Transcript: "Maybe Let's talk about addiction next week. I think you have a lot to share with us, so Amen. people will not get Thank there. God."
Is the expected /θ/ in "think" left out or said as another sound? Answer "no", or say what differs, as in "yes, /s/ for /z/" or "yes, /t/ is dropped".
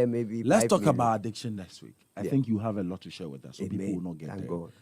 no